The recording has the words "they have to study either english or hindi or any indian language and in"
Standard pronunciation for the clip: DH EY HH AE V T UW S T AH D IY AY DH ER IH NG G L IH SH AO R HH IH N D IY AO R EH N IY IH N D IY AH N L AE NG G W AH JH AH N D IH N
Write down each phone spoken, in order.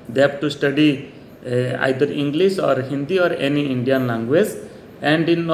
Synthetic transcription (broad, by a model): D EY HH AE B T UW S T AH D IY AY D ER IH NG G L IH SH AO R HH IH N D IY AO R EH N IY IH N D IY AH N L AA NG G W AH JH AH N D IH N